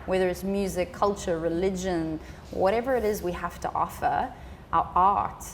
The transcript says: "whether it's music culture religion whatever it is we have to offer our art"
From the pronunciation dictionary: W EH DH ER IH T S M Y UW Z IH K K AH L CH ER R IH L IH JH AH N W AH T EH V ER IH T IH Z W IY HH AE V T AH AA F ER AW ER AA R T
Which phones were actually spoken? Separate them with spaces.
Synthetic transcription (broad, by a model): W EH DH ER IH T S M Y UW Z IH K K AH L CH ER R IH L IH JH AH N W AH T EH V ER IH T IH Z W IY HH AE F T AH AA F ER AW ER AA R T